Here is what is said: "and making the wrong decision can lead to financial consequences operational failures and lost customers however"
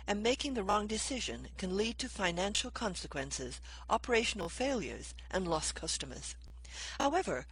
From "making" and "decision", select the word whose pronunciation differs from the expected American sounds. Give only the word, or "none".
none